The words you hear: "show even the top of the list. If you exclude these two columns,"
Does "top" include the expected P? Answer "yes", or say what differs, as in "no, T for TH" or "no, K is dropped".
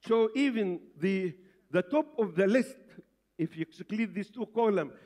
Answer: yes